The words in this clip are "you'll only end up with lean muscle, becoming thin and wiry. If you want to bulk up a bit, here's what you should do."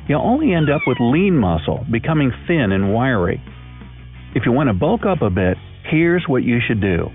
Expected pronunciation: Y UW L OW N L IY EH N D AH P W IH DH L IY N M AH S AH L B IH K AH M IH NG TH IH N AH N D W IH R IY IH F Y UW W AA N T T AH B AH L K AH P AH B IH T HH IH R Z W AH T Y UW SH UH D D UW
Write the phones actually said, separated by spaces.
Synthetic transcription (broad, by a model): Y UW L OW N L IY EH N D AH P W IH DH L IY N M AH S L B IH K AH M IH NG TH IH N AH N W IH R IY IH F Y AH W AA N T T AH B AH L K AH P AH B IH T HH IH R Z W AH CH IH SH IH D D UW